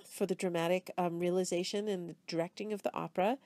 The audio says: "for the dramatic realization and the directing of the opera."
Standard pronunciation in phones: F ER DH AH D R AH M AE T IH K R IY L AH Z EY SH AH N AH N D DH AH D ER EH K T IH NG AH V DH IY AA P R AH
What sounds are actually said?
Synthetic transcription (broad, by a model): F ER DH AH D R AH M AE T IH K R IY L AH Z EY SH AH N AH N DH AH D ER EH K T IH NG AH V DH IY AA P R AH